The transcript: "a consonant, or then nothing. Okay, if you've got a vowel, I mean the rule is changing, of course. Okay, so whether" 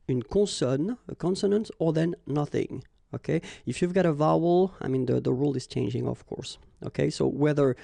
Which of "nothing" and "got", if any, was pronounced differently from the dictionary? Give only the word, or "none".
none